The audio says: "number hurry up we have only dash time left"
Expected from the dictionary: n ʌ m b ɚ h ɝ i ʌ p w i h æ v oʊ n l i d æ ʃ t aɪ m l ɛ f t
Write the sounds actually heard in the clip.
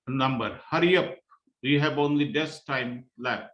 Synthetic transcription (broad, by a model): n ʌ m b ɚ h ɝ i ʌ p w i h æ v oʊ n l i d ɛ s t aɪ m l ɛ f